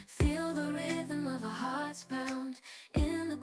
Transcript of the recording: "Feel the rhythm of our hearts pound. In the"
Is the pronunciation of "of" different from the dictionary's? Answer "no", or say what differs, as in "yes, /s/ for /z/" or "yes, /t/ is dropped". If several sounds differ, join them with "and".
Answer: no